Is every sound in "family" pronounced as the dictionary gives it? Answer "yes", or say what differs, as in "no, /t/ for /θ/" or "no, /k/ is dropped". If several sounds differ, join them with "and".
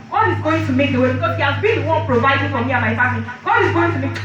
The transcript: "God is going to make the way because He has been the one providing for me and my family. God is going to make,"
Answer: no, /l/ is dropped